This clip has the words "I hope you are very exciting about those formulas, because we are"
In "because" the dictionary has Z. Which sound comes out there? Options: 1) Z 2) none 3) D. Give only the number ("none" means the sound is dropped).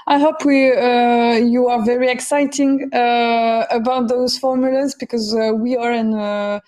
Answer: 1